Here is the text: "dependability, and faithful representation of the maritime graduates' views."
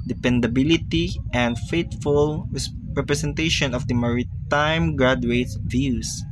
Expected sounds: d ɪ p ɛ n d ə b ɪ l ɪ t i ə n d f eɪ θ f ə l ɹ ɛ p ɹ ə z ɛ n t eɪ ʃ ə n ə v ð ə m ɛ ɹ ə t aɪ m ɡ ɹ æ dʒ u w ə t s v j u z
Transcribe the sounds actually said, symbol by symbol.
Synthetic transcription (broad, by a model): d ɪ p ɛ n d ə b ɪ l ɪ t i ə n d f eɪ t f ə l ɹ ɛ p ɹ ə s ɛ n t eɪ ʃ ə n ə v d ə m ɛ ɹ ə t aɪ m ɡ ɹ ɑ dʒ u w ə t v j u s